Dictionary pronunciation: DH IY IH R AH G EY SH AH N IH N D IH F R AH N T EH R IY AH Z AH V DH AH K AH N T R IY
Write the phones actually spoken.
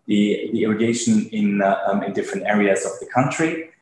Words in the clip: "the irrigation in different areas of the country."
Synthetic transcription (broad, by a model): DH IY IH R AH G EY SH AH N IH N D IH F R AH N T EH R IY AH Z AH V DH AH K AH N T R IY